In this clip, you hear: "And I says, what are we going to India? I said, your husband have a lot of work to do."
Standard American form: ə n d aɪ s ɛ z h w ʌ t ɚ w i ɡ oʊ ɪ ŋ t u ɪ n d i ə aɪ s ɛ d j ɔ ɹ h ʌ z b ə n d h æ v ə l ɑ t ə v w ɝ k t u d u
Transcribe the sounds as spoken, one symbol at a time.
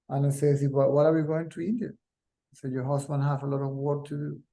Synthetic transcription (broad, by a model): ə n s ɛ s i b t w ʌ t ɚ w i ɡ oʊ ɪ ŋ t u ɪ n d i ə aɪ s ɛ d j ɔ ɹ h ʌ s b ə n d h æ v ə l ɑ t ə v w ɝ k t u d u